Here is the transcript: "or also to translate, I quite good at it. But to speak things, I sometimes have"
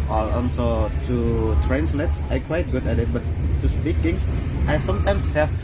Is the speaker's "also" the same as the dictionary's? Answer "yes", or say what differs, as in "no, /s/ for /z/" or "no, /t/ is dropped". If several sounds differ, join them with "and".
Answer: no, /n/ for /l/